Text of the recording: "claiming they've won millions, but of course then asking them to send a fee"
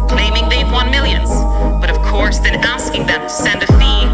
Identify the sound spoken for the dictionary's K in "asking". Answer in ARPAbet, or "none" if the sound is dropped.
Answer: K